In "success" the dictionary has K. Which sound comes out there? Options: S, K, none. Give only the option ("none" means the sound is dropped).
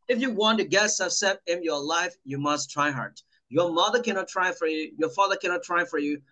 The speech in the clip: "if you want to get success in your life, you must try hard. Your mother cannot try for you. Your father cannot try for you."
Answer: none